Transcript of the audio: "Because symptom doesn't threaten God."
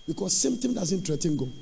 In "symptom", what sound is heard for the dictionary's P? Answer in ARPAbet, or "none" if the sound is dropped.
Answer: none